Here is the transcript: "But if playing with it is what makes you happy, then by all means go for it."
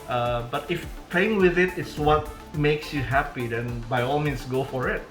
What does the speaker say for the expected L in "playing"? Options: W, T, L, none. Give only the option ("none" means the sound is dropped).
none